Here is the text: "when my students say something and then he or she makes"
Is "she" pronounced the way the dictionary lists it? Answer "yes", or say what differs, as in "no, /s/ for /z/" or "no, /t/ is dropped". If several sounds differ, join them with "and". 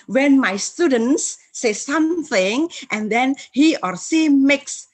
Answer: no, /s/ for /ʃ/